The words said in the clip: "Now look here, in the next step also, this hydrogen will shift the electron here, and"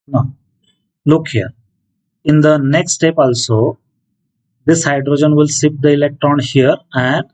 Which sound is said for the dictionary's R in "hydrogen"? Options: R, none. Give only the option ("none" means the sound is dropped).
R